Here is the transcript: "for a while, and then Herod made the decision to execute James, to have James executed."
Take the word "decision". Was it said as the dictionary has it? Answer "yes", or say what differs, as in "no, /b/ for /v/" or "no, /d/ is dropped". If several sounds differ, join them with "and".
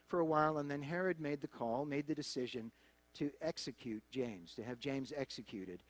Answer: yes